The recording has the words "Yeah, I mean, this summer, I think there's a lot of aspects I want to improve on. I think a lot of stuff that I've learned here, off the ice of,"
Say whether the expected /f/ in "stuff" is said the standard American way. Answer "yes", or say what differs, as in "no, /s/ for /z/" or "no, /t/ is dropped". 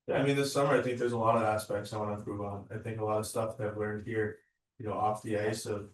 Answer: yes